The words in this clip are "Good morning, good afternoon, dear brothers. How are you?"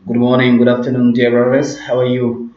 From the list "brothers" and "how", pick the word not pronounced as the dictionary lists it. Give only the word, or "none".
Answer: brothers